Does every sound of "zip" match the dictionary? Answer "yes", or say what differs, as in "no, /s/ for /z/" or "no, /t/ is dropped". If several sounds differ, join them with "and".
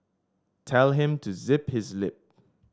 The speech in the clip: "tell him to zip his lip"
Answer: yes